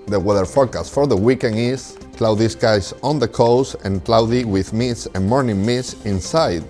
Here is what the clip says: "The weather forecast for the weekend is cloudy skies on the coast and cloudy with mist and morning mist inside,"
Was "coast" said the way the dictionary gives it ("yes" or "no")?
no